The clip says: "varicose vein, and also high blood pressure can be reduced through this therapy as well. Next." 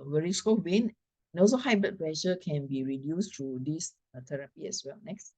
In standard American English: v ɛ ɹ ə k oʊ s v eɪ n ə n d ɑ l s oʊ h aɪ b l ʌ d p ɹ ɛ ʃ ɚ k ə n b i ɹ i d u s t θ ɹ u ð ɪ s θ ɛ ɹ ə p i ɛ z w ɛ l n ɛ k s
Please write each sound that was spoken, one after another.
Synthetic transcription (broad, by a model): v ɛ ɹ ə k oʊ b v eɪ n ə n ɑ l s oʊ h aɪ b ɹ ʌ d p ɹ ɛ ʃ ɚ k ə n b i ɹ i d u s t ɹ u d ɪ s t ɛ ɹ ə p i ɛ s w ɛ l n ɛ k s